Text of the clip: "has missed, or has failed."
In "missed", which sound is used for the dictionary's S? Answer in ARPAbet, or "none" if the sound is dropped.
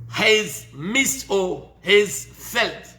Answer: S